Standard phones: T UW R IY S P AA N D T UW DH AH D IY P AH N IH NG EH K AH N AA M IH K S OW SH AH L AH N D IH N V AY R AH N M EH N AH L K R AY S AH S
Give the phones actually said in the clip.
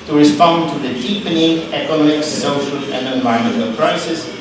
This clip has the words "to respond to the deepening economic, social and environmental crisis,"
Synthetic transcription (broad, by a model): T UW R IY S P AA N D T UW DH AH D IY P AH N IH NG EH K AH N AA M IH K S OW SH AH L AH N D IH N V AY AH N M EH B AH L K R AY S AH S